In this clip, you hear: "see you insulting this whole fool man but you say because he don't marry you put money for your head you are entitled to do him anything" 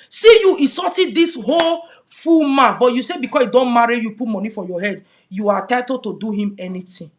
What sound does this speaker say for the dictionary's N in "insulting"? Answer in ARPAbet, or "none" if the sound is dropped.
none